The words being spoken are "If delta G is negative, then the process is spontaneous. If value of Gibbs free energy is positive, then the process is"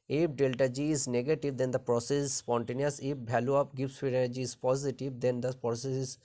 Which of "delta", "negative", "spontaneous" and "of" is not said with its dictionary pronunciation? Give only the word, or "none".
of